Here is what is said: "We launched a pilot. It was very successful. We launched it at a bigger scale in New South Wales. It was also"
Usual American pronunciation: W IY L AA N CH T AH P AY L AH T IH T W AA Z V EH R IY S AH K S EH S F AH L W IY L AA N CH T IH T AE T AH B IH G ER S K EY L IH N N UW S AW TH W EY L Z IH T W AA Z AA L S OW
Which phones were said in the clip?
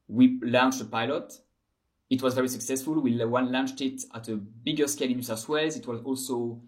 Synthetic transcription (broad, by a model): W IY L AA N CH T AH P AY L AH T IH T W AA Z V EH R IY S AH K S EH S F AH L W IY L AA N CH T IH T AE T AH B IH G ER S K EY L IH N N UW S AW S W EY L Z IH T W AA Z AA L S OW